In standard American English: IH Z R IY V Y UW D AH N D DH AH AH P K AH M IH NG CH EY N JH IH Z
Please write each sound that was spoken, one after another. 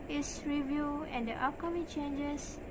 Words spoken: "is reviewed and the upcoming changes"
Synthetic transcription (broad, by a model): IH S R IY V Y UW AH N D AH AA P K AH M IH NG CH EY N JH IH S